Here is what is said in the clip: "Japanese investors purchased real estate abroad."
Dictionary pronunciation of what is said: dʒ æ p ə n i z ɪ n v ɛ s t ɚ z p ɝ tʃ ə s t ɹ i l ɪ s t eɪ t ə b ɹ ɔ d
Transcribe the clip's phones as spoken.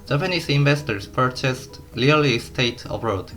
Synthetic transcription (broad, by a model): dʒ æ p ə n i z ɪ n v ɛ s t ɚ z p ɝ tʃ ə s t l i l ɪ s t eɪ t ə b ɹ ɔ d